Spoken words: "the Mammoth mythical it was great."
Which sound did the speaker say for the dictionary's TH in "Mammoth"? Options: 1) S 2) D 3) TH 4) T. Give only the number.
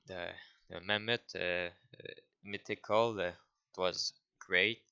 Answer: 4